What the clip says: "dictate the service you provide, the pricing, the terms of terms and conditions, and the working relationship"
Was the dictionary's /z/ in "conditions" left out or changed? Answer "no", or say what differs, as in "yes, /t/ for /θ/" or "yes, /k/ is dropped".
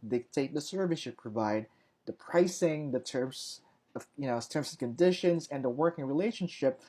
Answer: no